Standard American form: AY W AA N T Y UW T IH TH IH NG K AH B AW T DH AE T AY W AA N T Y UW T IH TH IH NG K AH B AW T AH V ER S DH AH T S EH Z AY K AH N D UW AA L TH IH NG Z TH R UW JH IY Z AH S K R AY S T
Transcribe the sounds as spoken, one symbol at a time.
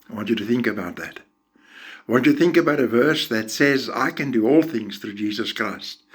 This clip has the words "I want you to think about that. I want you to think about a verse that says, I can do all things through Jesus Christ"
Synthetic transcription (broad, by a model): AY W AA N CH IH T IH TH IH NG K AH B AW T DH AE T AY W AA N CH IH T IH TH IH NG K AH B AW T AH V ER S DH AH T S EH Z AY K AH N D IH AA L TH IH NG Z TH R UW JH IY Z AH S K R AY S T